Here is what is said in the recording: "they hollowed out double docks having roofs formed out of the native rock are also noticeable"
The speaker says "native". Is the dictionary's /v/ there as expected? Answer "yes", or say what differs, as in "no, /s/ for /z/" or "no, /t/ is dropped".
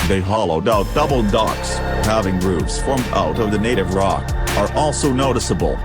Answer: yes